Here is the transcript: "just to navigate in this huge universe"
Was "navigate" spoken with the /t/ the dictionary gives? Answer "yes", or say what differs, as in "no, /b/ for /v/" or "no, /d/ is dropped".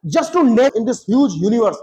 no, /t/ is dropped